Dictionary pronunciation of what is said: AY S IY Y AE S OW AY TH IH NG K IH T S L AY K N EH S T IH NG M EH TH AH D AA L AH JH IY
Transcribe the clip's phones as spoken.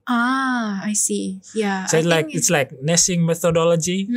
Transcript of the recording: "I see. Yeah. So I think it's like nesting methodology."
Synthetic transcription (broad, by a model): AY S IY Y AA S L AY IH K IH T S L AY K N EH S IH NG M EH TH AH D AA L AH JH IY